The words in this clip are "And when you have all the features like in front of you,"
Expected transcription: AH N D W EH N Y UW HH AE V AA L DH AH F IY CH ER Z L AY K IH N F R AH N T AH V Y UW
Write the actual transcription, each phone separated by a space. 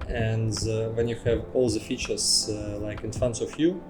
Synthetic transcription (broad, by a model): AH N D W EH N Y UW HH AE V AA L DH AH F IY CH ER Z L AY K IH N F R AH N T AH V Y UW